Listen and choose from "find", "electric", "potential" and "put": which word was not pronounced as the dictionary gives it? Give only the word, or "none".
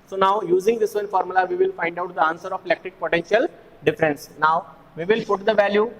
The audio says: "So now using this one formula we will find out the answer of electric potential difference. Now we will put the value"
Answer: electric